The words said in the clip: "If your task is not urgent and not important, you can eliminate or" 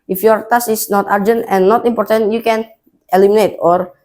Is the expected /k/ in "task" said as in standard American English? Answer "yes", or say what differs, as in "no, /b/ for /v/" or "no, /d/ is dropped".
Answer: no, /k/ is dropped